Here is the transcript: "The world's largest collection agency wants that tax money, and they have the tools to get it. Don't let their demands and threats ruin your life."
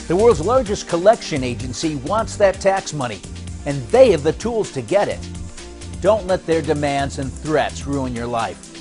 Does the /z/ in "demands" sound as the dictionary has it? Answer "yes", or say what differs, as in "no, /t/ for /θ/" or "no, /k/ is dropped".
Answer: yes